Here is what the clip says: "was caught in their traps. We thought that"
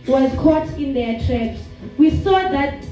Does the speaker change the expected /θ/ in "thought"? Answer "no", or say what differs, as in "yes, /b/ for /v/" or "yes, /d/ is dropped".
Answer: yes, /s/ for /θ/